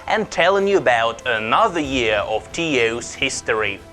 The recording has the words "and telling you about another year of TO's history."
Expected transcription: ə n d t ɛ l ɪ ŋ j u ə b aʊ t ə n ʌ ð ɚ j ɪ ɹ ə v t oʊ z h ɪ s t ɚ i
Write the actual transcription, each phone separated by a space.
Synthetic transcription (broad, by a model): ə n t ɛ l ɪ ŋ j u ə b aʊ t ə n ʌ ð ɚ j ɪ ɹ ə v t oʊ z h ɪ s t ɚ i